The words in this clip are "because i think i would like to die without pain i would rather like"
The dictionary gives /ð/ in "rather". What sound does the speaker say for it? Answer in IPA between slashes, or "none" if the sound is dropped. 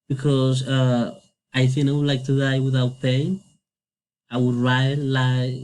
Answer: none